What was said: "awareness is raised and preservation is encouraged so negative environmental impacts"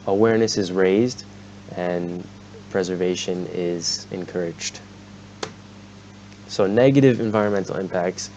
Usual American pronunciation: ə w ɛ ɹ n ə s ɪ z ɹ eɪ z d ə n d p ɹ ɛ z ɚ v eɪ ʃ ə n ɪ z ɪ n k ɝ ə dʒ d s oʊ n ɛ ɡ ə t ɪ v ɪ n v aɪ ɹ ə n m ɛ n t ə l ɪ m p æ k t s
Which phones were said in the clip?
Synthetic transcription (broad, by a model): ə w ɛ ɹ n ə s ɪ z ɹ eɪ z d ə n p ɹ ɛ z ɚ v eɪ ʃ ə n ɪ z ɪ n k ɝ ə dʒ d s oʊ n ɛ ɡ ə t ɪ v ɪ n v aɪ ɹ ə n m ɛ n t l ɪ m p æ k t s